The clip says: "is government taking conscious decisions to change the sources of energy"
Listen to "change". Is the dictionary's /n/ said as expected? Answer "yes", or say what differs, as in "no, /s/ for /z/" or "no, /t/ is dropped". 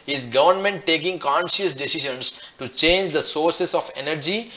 yes